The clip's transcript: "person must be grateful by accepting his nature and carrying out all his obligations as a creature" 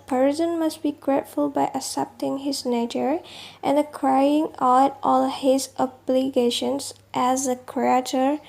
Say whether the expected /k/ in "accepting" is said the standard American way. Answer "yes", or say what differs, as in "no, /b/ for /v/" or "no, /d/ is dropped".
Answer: no, /k/ is dropped